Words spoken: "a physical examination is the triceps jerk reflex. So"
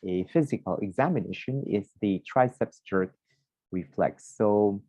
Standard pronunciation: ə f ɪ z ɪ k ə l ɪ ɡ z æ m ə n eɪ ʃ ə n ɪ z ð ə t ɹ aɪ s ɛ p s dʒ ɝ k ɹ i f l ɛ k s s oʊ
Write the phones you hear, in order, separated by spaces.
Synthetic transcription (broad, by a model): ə f ɪ z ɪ k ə l ɪ ɡ z æ m ə n eɪ ʃ ə n ɪ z ð ə t ɹ aɪ s ɛ p s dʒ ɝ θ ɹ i f l ɛ k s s oʊ